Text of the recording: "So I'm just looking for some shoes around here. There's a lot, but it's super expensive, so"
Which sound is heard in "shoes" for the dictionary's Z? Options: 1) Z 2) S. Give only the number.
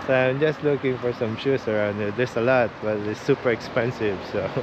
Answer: 2